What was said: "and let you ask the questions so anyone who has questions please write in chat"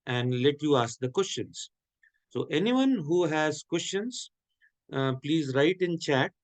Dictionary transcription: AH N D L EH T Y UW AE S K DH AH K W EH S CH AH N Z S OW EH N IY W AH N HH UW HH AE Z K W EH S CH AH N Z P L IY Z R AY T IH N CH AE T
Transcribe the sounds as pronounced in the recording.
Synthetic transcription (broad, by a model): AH N D L EH T Y UW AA S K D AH K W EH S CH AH N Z S OW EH N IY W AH N HH UW HH AE Z K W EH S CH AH N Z P L IY Z R AY T IH N CH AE T